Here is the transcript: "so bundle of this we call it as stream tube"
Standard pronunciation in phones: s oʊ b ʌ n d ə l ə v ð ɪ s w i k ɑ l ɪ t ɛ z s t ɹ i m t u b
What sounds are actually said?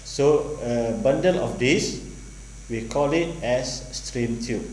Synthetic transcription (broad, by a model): s oʊ b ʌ n d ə l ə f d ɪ s w i k ɑ l ɪ t ɛ s t ɹ i m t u